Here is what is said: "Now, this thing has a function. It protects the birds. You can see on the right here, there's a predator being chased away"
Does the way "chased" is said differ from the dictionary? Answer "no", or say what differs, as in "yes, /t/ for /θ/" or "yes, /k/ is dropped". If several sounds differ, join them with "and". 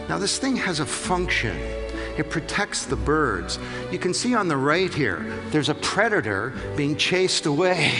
no